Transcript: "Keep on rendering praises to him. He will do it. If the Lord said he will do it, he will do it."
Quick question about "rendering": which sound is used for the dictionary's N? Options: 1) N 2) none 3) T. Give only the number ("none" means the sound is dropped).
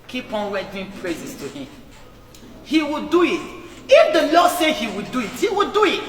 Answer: 2